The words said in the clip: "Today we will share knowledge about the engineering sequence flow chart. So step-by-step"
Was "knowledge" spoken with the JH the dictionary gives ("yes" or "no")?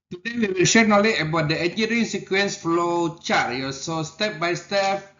no